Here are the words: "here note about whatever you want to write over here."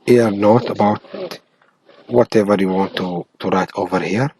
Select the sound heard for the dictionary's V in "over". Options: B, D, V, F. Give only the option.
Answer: V